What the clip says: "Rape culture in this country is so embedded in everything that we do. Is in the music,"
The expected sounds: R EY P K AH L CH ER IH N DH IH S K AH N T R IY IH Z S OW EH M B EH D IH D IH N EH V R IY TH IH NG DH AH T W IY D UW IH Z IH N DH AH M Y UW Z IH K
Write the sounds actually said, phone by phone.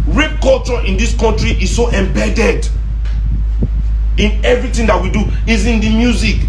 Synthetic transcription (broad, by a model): R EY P K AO L CH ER IH N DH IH S K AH N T R IY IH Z S OW EH M B EH D IH D IH N EH V R IY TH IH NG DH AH T W IY D UW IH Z IH N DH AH M Y UW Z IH K